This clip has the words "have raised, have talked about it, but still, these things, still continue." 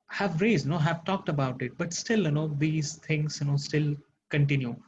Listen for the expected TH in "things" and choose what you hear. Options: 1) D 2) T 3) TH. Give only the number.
2